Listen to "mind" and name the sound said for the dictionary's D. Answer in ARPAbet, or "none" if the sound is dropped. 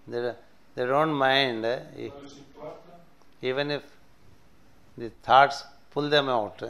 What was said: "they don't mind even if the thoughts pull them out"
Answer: D